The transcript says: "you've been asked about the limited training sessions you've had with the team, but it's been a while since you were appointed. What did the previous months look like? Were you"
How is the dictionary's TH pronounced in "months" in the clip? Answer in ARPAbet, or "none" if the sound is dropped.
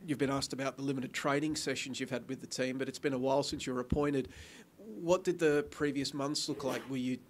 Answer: TH